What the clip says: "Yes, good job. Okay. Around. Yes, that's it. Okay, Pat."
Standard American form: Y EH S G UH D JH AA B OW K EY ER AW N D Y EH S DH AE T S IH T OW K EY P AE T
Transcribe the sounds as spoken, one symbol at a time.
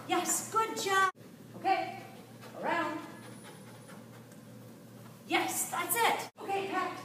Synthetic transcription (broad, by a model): Y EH S G UH D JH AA OW K EY ER AW N D Y EH S DH AE T S IH T OW K EY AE